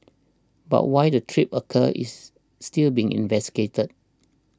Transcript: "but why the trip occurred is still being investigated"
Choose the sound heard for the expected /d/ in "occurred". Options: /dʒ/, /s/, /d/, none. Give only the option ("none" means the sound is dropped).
none